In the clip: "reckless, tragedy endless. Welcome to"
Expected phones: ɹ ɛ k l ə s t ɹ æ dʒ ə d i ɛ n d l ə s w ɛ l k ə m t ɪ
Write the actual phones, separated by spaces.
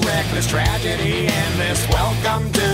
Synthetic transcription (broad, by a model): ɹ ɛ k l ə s t ɹ æ dʒ ə d i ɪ n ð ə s w ɛ l k ə m t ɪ